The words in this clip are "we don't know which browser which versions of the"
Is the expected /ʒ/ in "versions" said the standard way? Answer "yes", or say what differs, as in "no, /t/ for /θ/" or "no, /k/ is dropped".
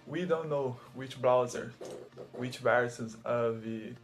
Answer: no, /s/ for /ʒ/